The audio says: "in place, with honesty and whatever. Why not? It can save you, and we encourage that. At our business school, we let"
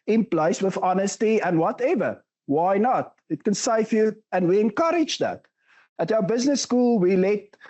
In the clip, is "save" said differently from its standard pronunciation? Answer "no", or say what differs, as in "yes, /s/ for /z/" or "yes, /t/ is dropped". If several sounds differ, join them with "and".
yes, /f/ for /v/